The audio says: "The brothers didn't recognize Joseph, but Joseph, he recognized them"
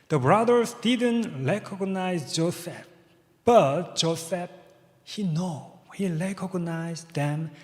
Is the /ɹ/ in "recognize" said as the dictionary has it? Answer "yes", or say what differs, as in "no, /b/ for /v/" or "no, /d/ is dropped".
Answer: no, /l/ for /ɹ/